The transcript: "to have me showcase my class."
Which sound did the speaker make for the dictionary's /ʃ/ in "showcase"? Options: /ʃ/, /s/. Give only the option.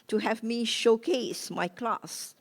/ʃ/